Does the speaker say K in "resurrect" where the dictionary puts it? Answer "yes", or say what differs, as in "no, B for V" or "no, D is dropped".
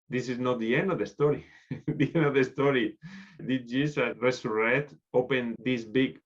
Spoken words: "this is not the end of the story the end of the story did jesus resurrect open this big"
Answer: no, K is dropped